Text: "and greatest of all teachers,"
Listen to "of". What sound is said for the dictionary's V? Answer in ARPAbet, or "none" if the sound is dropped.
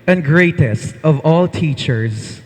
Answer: V